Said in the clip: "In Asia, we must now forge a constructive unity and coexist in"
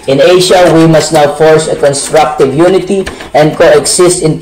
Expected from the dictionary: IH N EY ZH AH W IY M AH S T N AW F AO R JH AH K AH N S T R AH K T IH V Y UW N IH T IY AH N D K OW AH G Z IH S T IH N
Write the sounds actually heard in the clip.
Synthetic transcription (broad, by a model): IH N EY SH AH W IY M AH S T N AW F AO R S AH K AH N S T R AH K T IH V Y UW N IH T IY AH N D K OW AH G S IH S T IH N